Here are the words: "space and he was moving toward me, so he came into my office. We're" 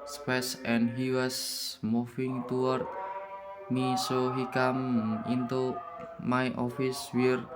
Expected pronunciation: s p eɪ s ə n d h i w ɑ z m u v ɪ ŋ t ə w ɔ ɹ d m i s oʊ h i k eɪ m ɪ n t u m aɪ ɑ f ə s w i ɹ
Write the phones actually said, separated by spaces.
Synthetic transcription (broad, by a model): s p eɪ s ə n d h i w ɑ s m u f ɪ ŋ t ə w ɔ ɹ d m i s oʊ h i k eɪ m ɪ n t u m aɪ ɑ f ə s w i ɹ